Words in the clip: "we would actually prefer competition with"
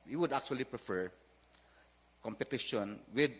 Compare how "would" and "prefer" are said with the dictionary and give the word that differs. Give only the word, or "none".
none